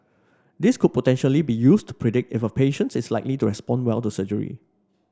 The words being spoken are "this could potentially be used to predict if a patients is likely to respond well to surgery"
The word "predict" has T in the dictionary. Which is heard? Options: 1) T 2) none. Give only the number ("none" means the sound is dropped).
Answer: 1